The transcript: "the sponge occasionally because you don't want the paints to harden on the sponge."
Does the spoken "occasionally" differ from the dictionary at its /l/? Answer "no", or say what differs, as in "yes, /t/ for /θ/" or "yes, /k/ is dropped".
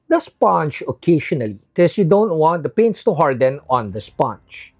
yes, /l/ is dropped